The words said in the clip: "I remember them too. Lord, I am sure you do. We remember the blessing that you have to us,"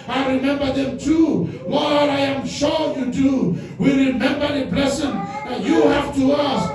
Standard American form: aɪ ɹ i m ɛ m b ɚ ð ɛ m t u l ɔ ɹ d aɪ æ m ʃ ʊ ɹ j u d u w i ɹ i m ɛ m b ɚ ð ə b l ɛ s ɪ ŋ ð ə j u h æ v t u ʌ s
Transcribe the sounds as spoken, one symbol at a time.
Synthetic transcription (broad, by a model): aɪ ɹ i m ɛ m b ɚ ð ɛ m t u w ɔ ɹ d aɪ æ m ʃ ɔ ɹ j u d u w i ɹ i m ɛ m b ɚ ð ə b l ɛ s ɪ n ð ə j u h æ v t u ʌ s